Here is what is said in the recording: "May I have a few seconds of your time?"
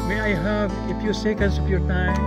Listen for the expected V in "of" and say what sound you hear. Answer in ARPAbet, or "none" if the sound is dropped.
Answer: P